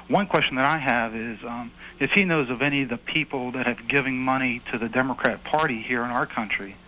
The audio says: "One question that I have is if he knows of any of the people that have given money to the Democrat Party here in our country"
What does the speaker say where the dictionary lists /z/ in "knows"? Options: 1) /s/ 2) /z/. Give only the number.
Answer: 2